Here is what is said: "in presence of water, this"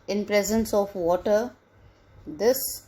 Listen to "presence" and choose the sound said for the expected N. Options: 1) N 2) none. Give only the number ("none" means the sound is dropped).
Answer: 1